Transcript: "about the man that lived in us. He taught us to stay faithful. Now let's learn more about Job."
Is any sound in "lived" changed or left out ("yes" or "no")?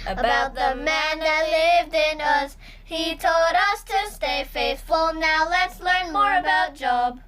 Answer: no